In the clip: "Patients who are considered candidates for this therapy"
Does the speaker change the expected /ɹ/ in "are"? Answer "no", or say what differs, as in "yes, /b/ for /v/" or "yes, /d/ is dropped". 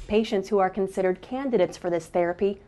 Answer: no